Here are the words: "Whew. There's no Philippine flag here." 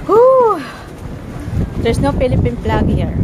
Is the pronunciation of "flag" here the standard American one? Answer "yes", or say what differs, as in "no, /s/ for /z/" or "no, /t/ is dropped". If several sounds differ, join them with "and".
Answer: no, /p/ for /f/